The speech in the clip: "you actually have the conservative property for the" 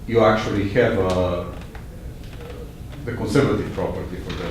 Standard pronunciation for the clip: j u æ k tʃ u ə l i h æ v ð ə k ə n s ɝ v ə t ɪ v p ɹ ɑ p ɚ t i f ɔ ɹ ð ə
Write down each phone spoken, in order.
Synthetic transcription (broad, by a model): j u æ k tʃ u ə l i h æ v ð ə k ə n s ɝ v ə t ɪ v p ɹ ɑ p ɚ t i f ɔ ɹ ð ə